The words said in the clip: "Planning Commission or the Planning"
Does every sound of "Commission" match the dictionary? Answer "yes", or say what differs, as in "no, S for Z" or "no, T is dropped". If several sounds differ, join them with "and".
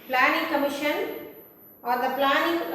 yes